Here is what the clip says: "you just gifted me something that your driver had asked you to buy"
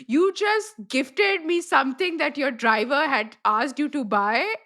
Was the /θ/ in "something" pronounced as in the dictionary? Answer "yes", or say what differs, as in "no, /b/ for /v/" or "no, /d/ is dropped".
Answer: no, /t/ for /θ/